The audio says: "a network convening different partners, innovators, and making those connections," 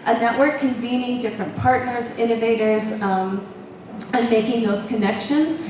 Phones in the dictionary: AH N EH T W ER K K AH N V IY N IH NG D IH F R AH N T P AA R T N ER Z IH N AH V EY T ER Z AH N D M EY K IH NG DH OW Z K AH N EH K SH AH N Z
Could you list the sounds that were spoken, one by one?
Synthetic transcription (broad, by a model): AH N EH T W ER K K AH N V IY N IH NG D IH F R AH N P AA R T N ER Z IH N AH V EY T ER Z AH N M EY K IH NG DH OW Z K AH N EH K SH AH N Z